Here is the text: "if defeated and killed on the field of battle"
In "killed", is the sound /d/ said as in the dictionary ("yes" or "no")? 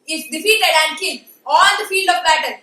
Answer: no